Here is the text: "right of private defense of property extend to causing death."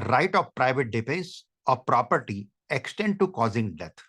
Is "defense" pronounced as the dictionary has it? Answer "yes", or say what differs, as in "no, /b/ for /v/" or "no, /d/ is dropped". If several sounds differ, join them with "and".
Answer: no, /n/ is dropped